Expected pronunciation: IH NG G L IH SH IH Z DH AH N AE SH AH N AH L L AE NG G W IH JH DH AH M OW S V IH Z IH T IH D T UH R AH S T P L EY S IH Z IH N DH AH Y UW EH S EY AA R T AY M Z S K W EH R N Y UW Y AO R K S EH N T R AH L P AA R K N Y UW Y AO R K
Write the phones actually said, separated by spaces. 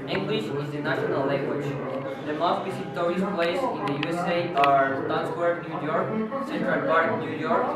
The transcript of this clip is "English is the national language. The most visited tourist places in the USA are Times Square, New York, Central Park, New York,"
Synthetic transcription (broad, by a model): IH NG G L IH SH IH Z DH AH N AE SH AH N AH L L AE NG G W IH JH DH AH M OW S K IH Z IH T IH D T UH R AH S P L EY IH S IH N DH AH Y UW EH S EY AA R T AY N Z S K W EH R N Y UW Y AO R K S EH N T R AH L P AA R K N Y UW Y AO R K